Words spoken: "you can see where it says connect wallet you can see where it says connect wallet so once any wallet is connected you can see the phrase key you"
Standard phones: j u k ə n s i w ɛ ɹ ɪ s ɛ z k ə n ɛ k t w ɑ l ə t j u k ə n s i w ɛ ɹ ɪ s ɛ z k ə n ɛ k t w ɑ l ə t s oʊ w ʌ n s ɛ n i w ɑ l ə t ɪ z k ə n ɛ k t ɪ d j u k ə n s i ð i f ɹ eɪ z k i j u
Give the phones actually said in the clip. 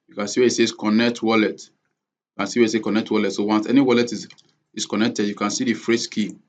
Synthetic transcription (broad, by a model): j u k ə n s i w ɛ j ɪ s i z k ə n ɛ k t w ɑ l ə t j u k ə n s i w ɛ ɪ s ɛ k ə n ɛ k t w ɑ l ə t s oʊ w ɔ n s ɛ n i w ɑ l ə t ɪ s k ə n ɛ k t ɪ d j u k ə n s i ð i f ɹ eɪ s k i